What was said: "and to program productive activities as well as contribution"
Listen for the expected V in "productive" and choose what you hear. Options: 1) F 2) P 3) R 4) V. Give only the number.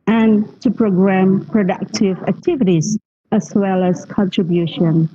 4